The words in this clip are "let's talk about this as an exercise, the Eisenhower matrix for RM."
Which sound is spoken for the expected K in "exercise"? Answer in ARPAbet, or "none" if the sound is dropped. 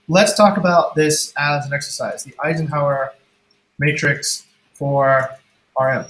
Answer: K